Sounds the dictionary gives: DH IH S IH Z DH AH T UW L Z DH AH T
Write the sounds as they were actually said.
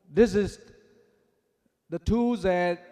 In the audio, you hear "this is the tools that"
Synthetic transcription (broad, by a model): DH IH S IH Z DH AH T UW Z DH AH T